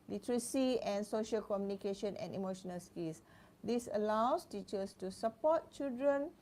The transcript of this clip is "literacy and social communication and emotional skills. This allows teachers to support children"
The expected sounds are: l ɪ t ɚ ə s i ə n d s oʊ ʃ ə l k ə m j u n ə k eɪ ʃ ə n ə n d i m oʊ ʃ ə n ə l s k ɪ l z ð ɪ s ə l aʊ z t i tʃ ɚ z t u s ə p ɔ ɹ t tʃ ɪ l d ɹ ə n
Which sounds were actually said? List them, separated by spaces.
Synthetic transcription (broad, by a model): l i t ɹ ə s i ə n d s oʊ ʃ ə l k ə m j u n ə k eɪ ʃ ə n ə n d i m oʊ ʃ ə n ə l s k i l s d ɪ s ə l aʊ s t i tʃ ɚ s t u s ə p ɔ t tʃ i l d ɹ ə n